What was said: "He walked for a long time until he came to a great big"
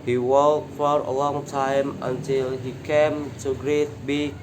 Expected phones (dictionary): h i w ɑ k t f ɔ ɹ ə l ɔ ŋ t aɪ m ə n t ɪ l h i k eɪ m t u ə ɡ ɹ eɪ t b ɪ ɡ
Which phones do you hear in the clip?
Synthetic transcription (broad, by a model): h i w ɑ t f ɔ ɹ ə l ɔ ŋ t aɪ m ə n t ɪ l h i k eɪ m t u ɡ ɹ eɪ t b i